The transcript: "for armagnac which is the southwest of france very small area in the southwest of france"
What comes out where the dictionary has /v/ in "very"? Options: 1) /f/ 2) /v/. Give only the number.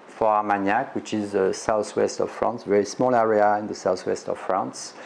2